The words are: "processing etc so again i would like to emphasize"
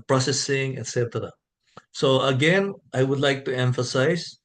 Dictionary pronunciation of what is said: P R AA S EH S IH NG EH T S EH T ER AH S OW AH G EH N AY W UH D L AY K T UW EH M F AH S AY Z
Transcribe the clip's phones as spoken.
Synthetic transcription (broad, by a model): P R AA S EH S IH NG EH T S EH T ER AH S OW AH G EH N AY W UH D L AY K T UW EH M F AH S AY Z